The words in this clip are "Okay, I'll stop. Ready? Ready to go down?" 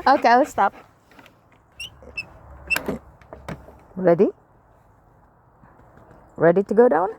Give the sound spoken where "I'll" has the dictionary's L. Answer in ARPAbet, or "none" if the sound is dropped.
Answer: W